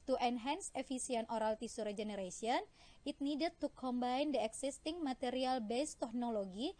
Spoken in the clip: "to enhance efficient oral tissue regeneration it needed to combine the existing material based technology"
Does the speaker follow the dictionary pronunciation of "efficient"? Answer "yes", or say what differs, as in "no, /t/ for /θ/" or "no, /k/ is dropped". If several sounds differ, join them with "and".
no, /s/ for /ʃ/